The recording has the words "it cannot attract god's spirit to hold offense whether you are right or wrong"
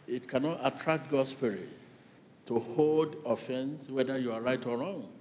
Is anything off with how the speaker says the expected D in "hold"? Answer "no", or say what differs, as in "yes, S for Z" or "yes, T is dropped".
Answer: no